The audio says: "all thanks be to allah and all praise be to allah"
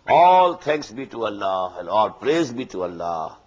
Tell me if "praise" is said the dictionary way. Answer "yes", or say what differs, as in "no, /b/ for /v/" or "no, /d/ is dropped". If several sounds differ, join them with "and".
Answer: yes